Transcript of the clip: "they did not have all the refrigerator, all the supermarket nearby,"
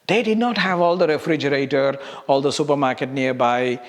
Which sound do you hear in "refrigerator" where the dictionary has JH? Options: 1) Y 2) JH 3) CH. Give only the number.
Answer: 2